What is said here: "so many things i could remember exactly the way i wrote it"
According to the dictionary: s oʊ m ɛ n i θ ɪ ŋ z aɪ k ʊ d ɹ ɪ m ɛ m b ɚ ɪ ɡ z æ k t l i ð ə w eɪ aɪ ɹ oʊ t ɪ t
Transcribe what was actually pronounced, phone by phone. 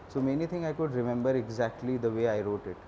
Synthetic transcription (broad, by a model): s oʊ m ɛ n i t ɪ ŋ aɪ k ʊ d ɹ ɪ m ɛ m b ɚ ɪ ɡ z æ k t l i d ə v eɪ aɪ ɹ oʊ t ɪ t